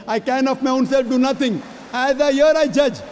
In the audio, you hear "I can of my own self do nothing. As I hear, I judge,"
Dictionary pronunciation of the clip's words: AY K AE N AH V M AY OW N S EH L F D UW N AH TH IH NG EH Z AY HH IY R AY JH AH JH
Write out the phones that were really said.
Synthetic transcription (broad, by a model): AY K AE N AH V M AY OW N S EH L F D UW N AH T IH NG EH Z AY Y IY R AY JH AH JH